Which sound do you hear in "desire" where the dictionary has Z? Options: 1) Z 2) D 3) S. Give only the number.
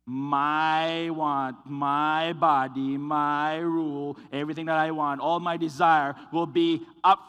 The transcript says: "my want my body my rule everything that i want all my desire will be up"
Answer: 1